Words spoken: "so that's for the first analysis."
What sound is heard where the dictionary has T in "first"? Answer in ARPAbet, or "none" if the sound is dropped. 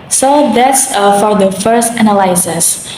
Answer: T